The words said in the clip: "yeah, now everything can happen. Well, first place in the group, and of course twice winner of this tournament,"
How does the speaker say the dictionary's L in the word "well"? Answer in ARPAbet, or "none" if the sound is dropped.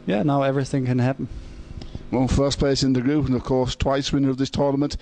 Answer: N